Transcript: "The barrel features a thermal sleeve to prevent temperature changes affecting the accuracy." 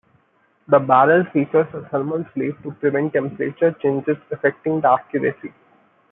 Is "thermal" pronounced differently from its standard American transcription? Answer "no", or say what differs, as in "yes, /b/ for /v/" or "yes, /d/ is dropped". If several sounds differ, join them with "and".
yes, /s/ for /θ/